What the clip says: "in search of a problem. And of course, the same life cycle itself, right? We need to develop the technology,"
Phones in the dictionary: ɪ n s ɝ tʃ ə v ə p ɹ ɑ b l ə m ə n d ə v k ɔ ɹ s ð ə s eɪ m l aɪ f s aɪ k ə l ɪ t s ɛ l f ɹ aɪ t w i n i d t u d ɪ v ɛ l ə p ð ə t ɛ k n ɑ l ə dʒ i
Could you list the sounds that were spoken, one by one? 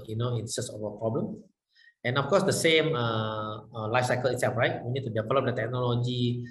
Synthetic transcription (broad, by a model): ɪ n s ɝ s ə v ə p ɹ ɑ b l ə m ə n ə f k ɔ s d ə s eɪ m l aɪ f s aɪ k ə l ɪ t s ɛ l f ɹ aɪ t w i n i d t u d ɪ v ɛ l ə p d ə t ɛ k n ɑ l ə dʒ i